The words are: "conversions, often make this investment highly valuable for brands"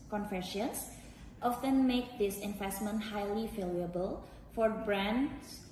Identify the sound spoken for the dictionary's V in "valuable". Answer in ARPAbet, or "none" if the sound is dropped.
F